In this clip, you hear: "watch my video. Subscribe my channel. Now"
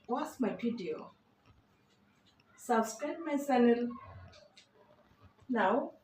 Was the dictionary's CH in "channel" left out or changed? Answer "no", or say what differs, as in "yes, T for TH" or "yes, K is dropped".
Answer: yes, S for CH